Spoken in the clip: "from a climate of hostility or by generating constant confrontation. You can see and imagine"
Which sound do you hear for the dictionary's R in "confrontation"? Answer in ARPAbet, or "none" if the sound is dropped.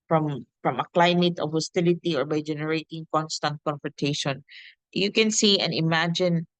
none